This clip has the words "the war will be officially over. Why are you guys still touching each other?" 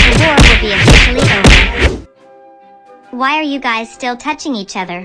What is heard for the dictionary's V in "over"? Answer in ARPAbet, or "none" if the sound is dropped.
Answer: none